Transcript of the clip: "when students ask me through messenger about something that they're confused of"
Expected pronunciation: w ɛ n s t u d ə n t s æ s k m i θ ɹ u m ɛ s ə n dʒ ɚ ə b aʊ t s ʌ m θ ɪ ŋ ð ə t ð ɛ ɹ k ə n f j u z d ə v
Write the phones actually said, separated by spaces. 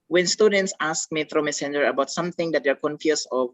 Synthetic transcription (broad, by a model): w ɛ n s t u d ə n t s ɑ s k m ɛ t ɹ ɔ m ɛ s ə n dʒ ɚ ə b aʊ t s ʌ m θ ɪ ŋ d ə t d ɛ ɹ k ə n f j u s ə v